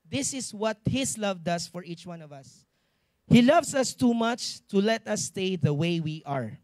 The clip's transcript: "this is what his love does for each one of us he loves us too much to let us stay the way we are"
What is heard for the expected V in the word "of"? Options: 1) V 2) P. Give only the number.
1